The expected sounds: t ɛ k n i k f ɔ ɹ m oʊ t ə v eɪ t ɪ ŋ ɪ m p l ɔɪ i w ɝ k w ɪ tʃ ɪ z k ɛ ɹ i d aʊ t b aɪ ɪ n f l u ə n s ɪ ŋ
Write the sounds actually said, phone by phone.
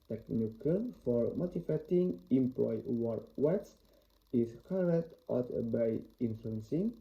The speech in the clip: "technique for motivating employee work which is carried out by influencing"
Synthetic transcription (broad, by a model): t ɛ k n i k f ɔ ɹ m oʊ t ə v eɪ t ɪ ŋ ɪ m p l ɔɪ w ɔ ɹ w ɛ s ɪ s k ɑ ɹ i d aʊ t b aɪ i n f l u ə n s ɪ ŋ